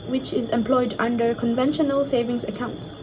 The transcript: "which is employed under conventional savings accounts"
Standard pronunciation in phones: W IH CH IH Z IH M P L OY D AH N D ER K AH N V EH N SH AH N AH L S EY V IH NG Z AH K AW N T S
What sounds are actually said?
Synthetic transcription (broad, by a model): W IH CH IH Z IH M P L OY D AH N D ER K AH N V EH N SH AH N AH L S EY V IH NG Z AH K AW N T S